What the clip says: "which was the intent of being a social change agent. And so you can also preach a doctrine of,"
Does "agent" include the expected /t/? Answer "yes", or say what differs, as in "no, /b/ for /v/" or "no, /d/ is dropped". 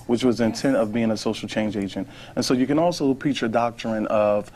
yes